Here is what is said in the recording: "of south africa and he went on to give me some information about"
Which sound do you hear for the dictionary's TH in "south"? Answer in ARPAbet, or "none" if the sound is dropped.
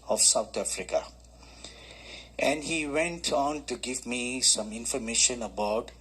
T